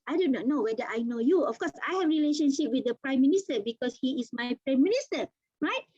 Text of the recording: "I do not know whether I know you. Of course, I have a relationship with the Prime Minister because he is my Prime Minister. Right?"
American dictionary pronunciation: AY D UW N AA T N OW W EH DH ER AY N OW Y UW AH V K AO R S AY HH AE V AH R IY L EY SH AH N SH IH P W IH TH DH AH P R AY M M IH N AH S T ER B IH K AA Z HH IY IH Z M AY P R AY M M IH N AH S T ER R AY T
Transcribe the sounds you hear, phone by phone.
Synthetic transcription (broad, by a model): AY D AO N AA T N OW W EH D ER AY N OW Y UW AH F K AO S AY HH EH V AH R IY L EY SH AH N SH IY P W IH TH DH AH P R AY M M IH N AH S T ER B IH K AA S HH IY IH S M AY P R AY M M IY N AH S T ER R AY T